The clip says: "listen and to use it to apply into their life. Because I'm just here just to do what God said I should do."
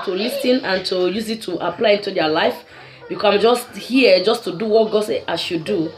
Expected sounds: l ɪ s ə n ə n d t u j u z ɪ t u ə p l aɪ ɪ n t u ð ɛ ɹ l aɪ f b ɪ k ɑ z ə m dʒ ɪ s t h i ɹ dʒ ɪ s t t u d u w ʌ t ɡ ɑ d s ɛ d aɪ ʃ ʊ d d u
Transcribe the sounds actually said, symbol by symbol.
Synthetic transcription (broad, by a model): l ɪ s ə n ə n t u j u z ɪ t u ə p l aɪ ɪ n t u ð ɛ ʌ l aɪ f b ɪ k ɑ ə m dʒ ɪ s t h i dʒ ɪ s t t u d u w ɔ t ɡ ɑ d s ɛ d aɪ ʃ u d d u